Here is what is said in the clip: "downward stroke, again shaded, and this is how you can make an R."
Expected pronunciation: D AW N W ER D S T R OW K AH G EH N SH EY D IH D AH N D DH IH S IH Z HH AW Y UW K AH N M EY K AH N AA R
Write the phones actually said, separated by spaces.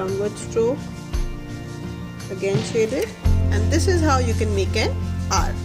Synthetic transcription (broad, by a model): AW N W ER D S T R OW AH G EH N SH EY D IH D AH N D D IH S IH Z HH AW Y UW K AH N M EY K AH N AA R